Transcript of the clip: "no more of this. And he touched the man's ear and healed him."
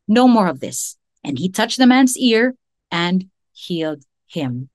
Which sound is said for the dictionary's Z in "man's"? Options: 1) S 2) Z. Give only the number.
2